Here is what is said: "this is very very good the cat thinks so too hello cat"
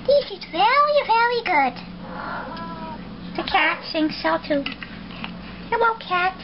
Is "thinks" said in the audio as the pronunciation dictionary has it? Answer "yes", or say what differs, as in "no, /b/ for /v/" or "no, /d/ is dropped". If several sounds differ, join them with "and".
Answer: no, /s/ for /θ/ and /k/ is dropped